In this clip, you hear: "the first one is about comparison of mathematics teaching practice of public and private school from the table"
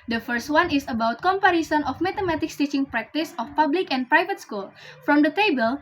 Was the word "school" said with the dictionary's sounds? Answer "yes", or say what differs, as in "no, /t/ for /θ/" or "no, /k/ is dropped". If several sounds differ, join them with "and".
yes